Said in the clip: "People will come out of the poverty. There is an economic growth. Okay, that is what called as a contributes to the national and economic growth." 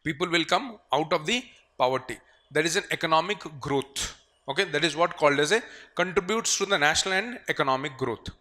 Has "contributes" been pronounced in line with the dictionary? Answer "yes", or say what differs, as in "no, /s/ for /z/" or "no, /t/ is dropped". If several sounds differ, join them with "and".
yes